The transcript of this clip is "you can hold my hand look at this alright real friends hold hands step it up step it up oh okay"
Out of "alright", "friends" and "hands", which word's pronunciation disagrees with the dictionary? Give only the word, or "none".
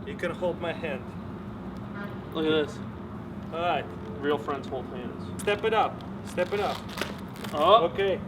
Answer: alright